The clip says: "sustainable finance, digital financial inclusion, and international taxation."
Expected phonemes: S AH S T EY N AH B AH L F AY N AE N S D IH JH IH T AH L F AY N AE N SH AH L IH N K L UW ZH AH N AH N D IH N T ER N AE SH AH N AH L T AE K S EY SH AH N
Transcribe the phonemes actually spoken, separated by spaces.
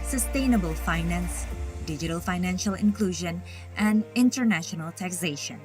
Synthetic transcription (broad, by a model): S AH S T EY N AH B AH L F AY N AE N S D IH JH IH T AH L F AY N AE N SH AH L IH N K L UW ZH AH N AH N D IH N T ER N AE SH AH N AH L T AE K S EY SH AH N